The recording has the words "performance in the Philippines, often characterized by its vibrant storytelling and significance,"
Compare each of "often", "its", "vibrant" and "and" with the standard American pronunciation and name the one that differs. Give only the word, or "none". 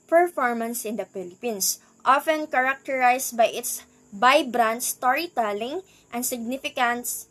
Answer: vibrant